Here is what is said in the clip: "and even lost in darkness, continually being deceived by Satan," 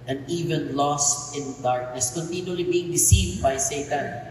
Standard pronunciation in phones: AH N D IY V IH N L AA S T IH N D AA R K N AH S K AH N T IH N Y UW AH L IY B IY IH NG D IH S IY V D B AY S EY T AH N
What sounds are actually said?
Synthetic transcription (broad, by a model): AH N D IY V IH N L AA S T IH N D AA R K N AH S K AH N T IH N Y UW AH L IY B IY IH NG D IH S IY V D B AY S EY T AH N